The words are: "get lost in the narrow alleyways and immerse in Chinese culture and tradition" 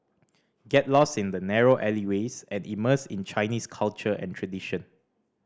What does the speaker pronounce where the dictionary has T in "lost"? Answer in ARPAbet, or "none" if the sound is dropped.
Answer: none